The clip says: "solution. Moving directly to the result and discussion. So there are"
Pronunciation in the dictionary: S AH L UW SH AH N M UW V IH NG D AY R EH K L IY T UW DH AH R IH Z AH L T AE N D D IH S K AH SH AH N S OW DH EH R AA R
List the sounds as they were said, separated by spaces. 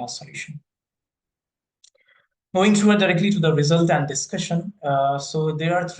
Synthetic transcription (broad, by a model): S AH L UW SH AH N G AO IH NG D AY R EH K L IY T UW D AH R IH Z AH L T AE N D D IH S K AH SH AH N S OW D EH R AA R